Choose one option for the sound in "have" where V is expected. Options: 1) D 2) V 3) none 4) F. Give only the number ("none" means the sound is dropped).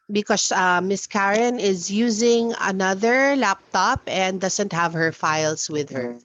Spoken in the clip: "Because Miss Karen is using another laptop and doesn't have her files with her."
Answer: 2